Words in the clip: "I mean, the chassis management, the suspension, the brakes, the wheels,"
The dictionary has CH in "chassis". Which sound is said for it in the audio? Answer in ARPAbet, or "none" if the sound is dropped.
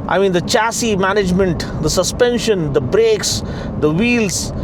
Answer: CH